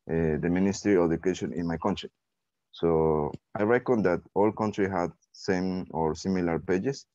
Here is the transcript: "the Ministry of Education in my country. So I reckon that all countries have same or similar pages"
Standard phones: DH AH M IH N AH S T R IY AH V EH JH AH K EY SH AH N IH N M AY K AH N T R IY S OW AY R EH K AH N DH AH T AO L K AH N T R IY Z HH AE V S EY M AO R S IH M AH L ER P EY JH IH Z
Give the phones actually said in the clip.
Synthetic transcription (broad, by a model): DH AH M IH N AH S T R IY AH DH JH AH K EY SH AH N IH N M AY K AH N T R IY S OW AY R EH K AH N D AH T AO L K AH N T R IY HH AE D S EY M AO R S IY M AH L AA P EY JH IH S